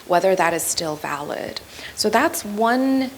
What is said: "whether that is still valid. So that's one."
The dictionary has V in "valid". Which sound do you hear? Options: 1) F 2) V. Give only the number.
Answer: 2